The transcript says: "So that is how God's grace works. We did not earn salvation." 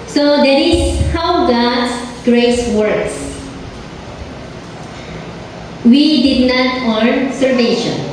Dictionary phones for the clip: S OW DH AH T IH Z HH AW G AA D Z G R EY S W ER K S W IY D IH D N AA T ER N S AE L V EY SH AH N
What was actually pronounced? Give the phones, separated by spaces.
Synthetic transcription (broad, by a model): S OW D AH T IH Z HH AW G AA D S G R EY S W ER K S W IY D IH D N AA T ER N S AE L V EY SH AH N